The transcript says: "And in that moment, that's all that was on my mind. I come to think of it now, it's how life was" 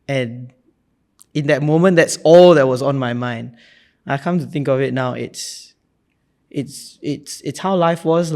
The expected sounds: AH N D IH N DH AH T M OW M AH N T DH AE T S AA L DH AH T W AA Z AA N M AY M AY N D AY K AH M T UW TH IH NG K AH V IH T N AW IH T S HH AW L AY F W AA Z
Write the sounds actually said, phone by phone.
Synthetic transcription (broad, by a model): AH N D IH N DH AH T M OW M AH N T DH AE T S AA L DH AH T W AA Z AA N M AY M AY N D AY K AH M T UW TH IH NG K AH V IH T N AW IH T S HH AW L AY F W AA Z